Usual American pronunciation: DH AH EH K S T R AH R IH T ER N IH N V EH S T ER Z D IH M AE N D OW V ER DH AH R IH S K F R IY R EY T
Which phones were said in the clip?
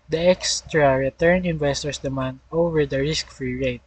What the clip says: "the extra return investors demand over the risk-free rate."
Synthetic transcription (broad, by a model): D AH EH K S T R AH R IH T ER N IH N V EH S T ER S D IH M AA N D OW V ER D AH R IH S K F R IY R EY T